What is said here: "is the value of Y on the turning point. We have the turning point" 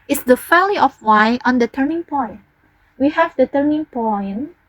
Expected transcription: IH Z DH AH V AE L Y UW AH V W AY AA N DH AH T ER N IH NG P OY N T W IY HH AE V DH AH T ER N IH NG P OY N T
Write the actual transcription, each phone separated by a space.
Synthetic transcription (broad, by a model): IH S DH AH F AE L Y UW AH F W AY AA N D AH T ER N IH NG P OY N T W IY HH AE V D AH T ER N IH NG P OY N